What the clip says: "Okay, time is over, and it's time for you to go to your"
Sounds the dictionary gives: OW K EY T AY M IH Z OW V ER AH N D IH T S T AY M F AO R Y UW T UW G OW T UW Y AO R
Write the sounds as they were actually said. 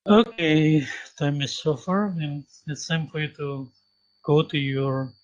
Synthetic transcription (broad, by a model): OW K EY T AY M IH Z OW F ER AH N IH T S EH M F AO R Y UW T UW G OW T UW Y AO R